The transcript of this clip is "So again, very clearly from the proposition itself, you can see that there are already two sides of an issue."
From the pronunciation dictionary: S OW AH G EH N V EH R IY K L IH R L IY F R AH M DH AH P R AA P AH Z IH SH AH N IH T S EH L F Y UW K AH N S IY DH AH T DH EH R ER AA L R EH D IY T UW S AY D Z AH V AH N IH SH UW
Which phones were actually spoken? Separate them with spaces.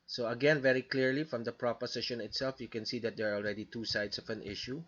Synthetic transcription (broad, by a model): S OW AH G EH N V EH R IY K L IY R L IY F R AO M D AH P R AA P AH S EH SH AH N IH T S EH L F Y UW K AH N S IY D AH T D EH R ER AA L R EH D IY T UW S AY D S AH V AH N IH SH UW